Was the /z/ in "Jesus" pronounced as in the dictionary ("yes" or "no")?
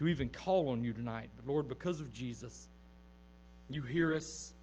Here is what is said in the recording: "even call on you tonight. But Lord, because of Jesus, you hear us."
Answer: yes